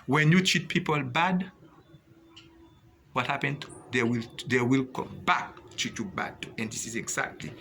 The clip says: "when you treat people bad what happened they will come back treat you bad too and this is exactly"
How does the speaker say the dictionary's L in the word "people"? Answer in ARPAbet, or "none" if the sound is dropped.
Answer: L